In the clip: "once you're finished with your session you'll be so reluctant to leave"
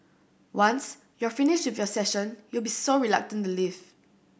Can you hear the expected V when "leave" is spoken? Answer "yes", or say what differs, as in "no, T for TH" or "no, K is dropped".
no, F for V